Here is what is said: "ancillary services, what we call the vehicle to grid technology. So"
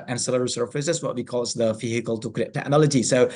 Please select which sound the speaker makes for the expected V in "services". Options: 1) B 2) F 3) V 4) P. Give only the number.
2